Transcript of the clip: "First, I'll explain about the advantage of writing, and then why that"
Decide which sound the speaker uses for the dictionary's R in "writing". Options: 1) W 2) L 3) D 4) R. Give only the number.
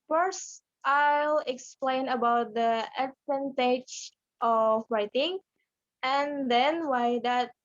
4